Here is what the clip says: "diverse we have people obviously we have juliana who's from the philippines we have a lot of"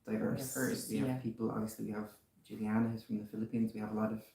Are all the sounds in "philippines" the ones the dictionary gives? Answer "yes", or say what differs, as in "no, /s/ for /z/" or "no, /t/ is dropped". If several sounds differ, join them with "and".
yes